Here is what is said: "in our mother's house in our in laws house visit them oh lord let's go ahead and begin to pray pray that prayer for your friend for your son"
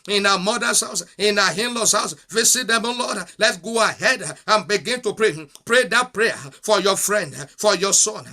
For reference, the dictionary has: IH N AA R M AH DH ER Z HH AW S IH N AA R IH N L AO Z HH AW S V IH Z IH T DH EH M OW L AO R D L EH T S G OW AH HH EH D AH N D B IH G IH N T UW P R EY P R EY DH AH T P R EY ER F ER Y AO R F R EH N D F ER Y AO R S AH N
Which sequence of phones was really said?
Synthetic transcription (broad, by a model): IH N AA M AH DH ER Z HH AW S IH N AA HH IH N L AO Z HH AW S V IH S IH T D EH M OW L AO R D L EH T G OW AH HH EH D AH N B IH G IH N T UW P R EY P R EY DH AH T P R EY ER F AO Y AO F R EH N D F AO Y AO S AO N